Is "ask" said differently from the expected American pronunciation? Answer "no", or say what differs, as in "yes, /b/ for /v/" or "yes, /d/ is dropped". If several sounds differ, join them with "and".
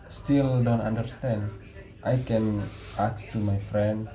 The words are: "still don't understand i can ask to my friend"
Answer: yes, /s/ is dropped